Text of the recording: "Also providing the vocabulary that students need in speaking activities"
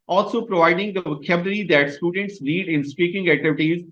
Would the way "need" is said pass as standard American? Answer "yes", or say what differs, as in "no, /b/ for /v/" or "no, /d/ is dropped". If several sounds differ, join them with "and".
no, /l/ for /n/